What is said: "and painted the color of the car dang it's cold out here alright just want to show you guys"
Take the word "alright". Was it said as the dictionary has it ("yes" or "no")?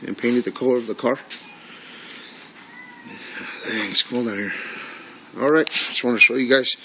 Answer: yes